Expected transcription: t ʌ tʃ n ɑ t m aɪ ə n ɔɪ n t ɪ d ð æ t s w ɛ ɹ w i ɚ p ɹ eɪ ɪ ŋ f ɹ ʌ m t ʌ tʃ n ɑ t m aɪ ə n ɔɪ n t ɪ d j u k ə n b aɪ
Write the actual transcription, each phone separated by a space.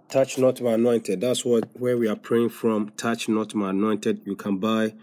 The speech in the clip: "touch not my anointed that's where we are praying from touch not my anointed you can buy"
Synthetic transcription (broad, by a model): t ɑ tʃ n ɑ t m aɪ ə n ɔɪ n t ɪ d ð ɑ t s w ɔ w w i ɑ p ɹ eɪ ɪ ŋ f ɹ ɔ m t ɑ tʃ n ɑ t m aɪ ə n ɔɪ n t ɪ d j u k ə n b aɪ